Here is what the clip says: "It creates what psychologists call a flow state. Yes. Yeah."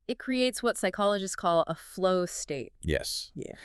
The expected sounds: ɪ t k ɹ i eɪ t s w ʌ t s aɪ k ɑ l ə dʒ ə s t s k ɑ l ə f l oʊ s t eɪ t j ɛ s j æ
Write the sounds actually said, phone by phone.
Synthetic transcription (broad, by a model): ɪ t k ɹ i eɪ t s w ʌ t s aɪ k ɑ l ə dʒ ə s s k ɑ l ə f l oʊ s t eɪ t j ɛ s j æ